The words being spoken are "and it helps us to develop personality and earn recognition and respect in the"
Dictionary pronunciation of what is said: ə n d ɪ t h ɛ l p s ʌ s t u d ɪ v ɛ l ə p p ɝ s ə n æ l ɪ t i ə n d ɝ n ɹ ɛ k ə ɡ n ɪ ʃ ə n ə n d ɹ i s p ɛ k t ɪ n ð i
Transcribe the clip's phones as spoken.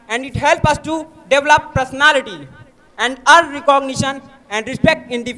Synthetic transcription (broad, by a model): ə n d ɪ t h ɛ l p ʌ s t u d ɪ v l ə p p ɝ s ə n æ l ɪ t i ə n d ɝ ɹ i k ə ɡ n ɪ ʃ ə n ə n d ɹ i s p ɛ k t ɪ n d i